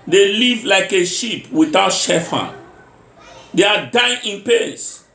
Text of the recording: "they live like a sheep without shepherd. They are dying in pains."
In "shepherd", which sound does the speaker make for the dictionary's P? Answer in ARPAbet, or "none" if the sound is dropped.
F